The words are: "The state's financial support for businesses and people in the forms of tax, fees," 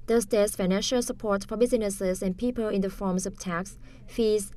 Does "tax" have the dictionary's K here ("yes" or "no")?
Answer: yes